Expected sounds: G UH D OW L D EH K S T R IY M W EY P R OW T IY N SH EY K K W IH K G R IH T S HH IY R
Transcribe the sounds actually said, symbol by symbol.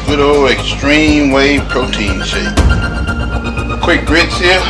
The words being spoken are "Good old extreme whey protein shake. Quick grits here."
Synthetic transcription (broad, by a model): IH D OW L EH K S T R IY M W EY P R OW T IY N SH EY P K W IH K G R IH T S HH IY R